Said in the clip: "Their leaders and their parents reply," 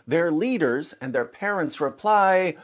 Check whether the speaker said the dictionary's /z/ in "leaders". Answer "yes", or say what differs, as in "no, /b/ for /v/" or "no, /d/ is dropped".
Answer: yes